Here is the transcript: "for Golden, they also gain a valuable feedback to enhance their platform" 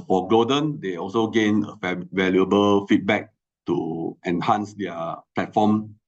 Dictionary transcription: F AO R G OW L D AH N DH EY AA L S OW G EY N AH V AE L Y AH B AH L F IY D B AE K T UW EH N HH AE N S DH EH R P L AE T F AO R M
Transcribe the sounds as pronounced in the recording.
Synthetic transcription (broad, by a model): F AO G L OW D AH N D EY AA L S OW G EY N AH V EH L Y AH B AH L F IY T B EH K T UW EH N HH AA N S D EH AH P L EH T F AO M